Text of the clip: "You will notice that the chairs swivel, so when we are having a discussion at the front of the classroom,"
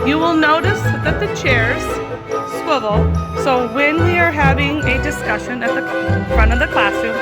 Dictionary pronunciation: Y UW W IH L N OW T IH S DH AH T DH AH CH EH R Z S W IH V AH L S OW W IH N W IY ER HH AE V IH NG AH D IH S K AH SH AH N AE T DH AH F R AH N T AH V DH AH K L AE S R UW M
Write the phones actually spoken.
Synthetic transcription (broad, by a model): Y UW W IH L N OW T IH S DH AH T DH AH CH EH R Z S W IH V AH L S OW W IH N W IY ER HH AE V IH NG AH D IH S K AH SH AH N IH T DH AH F R AH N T AH V DH AH K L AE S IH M